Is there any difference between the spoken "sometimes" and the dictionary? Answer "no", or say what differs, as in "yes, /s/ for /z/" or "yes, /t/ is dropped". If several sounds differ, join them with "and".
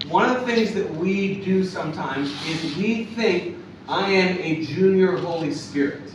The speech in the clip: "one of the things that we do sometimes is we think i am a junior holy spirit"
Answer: no